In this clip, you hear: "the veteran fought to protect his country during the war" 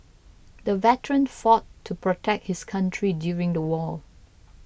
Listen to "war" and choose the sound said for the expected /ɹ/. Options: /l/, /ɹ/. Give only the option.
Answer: /l/